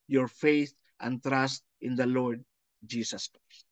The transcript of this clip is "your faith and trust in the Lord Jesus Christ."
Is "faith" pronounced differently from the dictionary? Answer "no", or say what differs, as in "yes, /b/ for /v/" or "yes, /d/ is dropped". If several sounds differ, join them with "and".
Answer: no